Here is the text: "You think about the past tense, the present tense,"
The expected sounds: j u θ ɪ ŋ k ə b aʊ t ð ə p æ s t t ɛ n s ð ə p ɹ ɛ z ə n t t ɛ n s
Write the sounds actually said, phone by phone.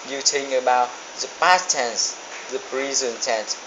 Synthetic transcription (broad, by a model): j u t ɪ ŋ ə b aʊ t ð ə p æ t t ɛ n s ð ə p ɹ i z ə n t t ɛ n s